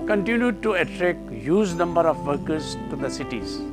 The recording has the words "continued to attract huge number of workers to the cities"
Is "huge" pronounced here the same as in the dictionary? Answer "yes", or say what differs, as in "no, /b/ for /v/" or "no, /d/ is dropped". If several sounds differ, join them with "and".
no, /z/ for /dʒ/